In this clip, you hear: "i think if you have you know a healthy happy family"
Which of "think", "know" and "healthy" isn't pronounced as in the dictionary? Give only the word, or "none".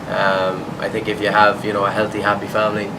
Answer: none